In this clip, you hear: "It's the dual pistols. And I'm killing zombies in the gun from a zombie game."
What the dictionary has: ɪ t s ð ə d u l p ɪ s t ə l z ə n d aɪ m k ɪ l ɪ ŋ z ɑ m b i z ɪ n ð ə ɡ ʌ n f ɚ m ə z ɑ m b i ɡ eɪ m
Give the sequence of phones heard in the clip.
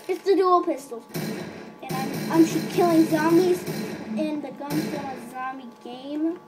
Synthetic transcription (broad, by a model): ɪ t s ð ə d u l p ɪ s t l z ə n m aɪ m k ɪ l ɪ ŋ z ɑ m i z ɪ n ð ə ɡ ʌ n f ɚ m ə z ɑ m i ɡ eɪ m